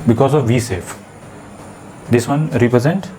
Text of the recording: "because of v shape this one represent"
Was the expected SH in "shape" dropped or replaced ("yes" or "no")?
yes